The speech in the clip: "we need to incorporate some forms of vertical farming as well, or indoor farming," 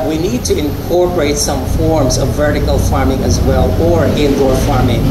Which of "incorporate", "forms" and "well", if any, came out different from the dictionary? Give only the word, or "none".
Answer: none